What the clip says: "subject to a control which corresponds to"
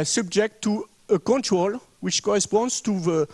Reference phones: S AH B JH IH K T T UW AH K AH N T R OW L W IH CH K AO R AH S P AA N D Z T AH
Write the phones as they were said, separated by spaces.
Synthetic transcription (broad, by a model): S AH B JH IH K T T UW AH K AH N T R OW L W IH CH K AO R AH S P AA N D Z T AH